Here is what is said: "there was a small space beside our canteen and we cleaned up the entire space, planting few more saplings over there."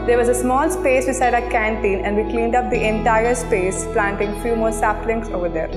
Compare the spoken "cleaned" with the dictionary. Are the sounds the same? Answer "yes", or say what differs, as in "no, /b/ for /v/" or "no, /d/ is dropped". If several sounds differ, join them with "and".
yes